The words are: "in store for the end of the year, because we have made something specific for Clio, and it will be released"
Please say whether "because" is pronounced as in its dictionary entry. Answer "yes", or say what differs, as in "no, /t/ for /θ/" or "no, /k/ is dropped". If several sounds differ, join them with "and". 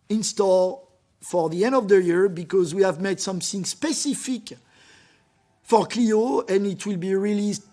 yes